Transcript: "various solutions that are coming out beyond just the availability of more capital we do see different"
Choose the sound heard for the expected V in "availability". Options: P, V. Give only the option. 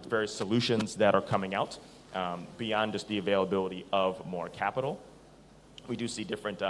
V